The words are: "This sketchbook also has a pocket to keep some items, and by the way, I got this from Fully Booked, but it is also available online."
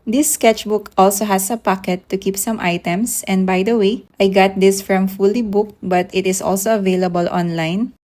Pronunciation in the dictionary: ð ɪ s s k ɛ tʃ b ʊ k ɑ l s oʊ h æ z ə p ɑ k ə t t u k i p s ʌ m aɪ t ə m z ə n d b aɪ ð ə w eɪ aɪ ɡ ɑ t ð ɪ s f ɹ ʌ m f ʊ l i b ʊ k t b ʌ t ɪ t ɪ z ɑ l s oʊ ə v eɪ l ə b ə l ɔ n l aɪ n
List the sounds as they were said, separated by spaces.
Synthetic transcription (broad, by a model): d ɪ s s k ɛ tʃ b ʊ k ɑ l s oʊ h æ s ə p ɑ k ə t t u k i p s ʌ m aɪ t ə m s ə n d b aɪ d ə w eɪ aɪ ɡ ɑ t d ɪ s f ɹ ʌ m f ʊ l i b ʊ k t b ʌ t ɪ t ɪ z ɑ l s oʊ ə v eɪ l ə b ə l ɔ n l aɪ n